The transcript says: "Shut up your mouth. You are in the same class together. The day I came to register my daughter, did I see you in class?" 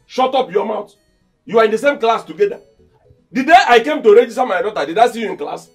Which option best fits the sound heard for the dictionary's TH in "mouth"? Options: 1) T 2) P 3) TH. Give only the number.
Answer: 1